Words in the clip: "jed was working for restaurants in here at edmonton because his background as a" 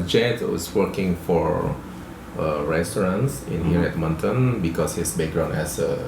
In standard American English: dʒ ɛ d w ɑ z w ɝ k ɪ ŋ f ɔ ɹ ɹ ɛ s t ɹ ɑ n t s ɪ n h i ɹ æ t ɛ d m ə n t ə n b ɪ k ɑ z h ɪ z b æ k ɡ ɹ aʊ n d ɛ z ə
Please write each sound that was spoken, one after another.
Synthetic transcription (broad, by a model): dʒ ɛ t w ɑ s w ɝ k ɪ ŋ f ɔ ɹ ɹ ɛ s t ɹ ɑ n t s ɪ n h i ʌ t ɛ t m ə n t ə n b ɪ k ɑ s h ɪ s b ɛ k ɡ ɹ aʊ n ɛ s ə